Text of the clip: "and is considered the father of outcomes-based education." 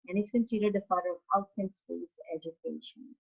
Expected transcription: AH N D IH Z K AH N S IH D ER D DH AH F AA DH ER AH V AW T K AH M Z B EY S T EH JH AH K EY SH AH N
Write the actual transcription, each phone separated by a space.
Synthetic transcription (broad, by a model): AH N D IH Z K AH N S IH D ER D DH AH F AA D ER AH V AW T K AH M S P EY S EH JH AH K EY SH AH N